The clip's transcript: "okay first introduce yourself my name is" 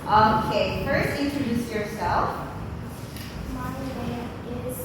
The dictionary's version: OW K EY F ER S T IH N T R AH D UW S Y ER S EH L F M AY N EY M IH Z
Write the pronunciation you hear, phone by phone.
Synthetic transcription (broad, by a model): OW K EY F ER S T IH N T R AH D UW S Y ER S EH L F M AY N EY IH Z